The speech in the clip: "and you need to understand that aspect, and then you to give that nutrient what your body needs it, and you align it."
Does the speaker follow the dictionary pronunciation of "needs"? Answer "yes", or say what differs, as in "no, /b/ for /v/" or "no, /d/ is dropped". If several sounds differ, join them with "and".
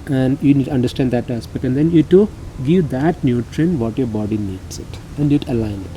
no, /s/ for /z/